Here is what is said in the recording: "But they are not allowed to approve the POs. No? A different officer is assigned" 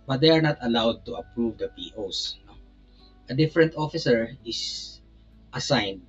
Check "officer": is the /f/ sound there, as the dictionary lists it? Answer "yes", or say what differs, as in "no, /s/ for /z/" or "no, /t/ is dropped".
yes